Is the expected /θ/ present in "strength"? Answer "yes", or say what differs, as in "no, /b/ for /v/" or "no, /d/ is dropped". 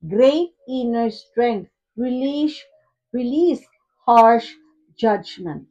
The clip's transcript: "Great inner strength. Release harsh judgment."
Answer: no, /t/ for /θ/